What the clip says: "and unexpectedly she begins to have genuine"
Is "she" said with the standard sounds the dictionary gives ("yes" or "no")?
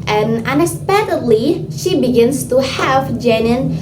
yes